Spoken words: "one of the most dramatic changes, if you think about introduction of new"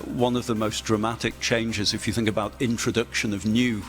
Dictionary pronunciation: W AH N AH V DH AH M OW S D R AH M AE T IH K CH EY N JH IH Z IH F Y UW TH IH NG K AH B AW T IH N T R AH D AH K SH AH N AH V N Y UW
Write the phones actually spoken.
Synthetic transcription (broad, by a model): W AH N AH V DH AH M OW S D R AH M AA T IH K CH EY N JH IH Z IH F Y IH TH IH NG K AH B AW T IH N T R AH D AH K SH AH N AH V N Y UW